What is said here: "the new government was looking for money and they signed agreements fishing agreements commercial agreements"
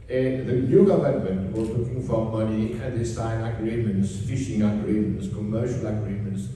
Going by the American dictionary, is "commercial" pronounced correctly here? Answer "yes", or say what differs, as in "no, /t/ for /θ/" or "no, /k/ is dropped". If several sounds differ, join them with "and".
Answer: yes